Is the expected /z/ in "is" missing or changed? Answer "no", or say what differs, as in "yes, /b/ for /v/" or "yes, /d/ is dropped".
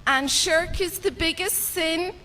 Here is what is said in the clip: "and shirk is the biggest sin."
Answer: no